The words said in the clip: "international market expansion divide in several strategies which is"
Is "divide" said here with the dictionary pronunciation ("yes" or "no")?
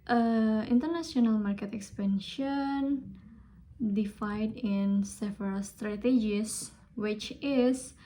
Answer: no